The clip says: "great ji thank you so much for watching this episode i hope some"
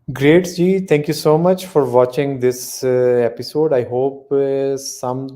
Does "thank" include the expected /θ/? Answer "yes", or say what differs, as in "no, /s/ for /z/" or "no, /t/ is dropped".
no, /t/ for /θ/